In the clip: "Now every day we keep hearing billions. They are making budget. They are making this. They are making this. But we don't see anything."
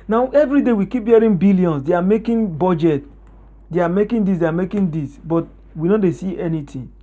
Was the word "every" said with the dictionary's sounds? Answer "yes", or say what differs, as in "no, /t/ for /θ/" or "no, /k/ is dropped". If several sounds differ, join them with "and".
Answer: yes